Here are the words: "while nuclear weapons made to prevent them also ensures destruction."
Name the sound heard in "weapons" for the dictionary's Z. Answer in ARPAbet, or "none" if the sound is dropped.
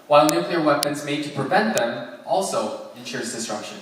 Z